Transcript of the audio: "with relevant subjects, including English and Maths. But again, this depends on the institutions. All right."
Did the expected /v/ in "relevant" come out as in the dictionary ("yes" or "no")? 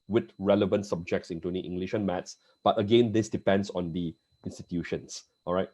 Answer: yes